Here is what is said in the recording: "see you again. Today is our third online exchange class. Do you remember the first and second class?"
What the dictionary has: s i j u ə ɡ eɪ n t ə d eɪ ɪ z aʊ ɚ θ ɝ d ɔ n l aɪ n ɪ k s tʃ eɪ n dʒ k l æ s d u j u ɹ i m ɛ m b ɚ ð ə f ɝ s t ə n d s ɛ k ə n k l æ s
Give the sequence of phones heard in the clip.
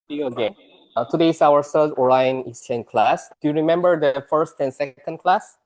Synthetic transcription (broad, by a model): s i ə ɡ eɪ t ə d eɪ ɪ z aʊ ɚ s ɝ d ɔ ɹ aɪ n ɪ s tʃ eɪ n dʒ k l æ s d u j u ɹ i m ɛ m b ɚ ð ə f ɝ s t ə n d s ɛ k ə n k l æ s